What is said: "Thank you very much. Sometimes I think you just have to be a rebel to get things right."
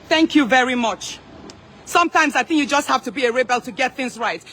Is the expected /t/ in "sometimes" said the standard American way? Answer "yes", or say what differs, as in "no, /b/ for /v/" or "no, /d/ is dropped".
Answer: yes